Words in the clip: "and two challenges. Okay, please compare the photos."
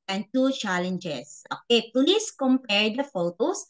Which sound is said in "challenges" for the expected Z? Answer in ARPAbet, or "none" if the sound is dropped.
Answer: S